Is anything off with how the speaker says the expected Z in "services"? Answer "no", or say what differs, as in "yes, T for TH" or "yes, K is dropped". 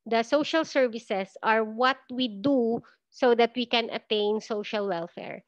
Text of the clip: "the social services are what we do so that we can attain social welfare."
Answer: yes, S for Z